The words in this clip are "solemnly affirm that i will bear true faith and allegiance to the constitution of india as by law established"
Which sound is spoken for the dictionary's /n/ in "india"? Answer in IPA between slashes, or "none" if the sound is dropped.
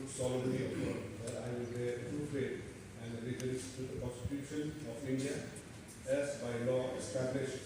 /n/